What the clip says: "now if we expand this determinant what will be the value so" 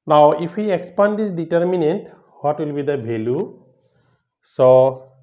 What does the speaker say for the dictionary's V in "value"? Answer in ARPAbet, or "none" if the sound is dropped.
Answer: B